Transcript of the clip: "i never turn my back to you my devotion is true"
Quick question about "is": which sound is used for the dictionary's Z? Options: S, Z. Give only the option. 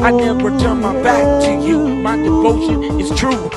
S